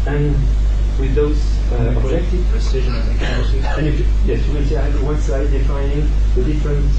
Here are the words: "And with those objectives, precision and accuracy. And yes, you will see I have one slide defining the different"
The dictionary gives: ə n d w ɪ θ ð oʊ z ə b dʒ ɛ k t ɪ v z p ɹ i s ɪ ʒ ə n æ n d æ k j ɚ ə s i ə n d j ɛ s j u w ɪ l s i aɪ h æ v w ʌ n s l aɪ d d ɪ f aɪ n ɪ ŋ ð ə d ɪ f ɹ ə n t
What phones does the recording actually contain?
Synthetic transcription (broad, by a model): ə n w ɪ ð oʊ z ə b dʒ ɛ k t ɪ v p ɹ i s ɪ ʒ ə n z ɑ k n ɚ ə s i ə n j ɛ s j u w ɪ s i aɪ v w ʌ n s aɪ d d ɪ f aɪ n ɪ ŋ ð ə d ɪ f ɹ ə n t